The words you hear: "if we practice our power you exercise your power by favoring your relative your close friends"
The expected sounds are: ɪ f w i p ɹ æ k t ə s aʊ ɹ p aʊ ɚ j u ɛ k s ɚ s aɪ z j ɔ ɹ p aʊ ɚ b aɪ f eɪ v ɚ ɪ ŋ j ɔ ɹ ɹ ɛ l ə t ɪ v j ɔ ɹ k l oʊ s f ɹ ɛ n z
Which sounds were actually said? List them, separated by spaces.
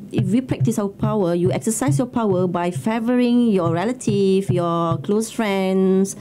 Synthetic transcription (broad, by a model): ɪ f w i p ɹ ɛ k t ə s aʊ w p aʊ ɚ j u ɛ k s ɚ s aɪ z j ɔ p aʊ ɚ b aɪ f eɪ v ɚ ɪ ŋ j ɔ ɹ ɹ ɛ l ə t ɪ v j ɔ k l oʊ s f ɹ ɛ n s